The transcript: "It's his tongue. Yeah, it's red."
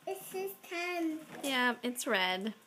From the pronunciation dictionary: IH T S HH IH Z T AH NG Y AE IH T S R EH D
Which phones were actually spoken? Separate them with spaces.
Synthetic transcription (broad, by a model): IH T S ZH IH S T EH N Y AE IH T S R EH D